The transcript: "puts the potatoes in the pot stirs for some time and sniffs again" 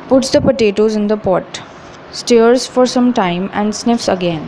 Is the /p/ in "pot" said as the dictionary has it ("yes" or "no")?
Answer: yes